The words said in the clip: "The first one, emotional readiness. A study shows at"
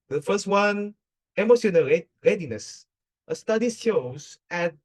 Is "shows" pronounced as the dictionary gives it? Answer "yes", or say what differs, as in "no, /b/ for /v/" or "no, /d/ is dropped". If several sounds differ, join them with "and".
no, /s/ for /ʃ/